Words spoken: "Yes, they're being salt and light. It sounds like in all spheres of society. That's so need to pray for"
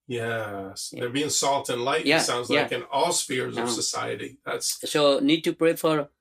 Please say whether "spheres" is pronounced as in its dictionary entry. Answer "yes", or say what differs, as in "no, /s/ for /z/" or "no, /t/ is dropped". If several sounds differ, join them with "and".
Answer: yes